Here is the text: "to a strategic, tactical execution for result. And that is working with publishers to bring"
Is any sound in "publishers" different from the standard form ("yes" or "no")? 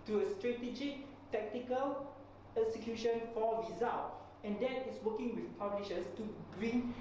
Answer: yes